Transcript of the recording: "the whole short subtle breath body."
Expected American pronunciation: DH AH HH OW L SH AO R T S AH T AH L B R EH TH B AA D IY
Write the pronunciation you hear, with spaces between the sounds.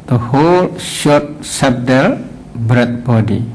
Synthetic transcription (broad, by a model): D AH HH OW L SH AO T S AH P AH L B R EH T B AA D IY